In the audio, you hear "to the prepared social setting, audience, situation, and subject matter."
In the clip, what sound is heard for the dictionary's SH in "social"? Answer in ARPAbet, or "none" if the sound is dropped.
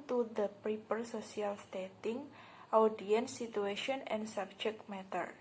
S